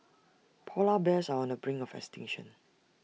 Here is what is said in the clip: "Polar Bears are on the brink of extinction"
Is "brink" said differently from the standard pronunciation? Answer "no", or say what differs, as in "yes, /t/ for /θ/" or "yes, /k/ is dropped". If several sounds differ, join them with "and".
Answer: yes, /k/ is dropped